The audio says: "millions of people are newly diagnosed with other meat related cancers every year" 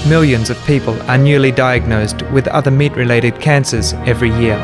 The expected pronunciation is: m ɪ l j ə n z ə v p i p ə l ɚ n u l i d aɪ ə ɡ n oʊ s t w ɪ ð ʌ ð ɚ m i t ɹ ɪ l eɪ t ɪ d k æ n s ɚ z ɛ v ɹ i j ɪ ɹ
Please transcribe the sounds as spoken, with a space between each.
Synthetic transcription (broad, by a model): m ɪ l j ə n z ə v p i p ə l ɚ n u l i d aɪ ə ɡ n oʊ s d w ɪ ð ʌ ð ɚ m i t ɹ ɪ l eɪ t ɪ d k æ n s ɚ z ɛ v ɹ i j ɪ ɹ